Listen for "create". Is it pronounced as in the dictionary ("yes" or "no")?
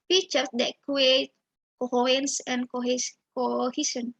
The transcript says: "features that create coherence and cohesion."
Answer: no